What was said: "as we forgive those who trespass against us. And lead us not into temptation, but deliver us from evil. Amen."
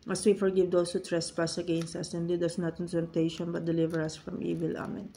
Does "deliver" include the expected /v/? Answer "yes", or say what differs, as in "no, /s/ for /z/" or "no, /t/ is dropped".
yes